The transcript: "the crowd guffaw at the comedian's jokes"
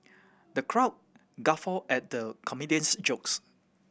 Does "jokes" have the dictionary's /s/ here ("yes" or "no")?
yes